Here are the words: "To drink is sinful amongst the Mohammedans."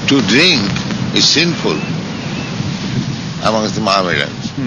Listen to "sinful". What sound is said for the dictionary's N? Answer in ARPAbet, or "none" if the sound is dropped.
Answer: N